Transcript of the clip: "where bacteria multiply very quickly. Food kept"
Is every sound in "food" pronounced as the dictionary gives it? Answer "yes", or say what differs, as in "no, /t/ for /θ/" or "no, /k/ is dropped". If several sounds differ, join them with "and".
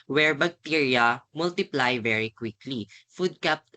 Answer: yes